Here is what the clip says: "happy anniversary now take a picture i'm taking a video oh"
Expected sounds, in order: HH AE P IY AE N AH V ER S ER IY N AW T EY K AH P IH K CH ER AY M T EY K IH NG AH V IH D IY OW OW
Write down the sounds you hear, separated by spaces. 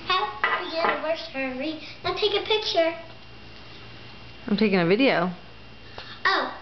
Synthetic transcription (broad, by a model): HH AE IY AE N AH W ER S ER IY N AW T EY K AH P IH K CH ER AY M T EY K IH NG AH V IH D IY OW OW